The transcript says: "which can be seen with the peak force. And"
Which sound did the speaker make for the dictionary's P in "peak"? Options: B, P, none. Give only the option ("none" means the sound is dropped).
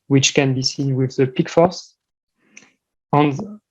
P